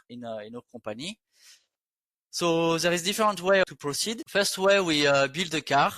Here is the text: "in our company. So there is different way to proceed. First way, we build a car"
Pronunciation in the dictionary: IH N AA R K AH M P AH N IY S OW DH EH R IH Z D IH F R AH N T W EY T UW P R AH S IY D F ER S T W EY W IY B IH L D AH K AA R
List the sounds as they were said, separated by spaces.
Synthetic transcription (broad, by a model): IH N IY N K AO P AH N IY S OW DH EH R IH Z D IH F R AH N T W EY T UW P R AH S IY D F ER S T W EY W IY B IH L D AH K AA R